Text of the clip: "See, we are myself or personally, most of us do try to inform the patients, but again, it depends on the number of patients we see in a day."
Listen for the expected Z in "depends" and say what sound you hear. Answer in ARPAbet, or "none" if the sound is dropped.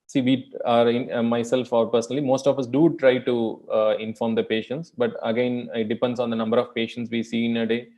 S